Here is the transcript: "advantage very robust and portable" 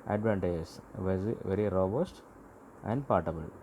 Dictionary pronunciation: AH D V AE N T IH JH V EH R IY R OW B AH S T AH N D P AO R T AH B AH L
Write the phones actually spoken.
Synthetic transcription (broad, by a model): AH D V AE N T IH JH V EH R IY R OW B AH S T AH N D P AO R T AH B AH L